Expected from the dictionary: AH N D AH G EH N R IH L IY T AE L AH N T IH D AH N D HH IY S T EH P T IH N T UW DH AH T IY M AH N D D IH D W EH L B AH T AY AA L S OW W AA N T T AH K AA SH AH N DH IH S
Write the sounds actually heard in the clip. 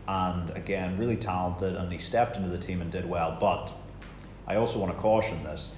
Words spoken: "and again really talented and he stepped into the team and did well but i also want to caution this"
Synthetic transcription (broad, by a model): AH N AH G EH N R IH L IY T AE L AH N T IH D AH N IY S T EH P T IH N T UW DH AH T IY M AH N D D IH D W EH L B AH T AY AA L S OW W AA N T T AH K AA SH AH N DH IH S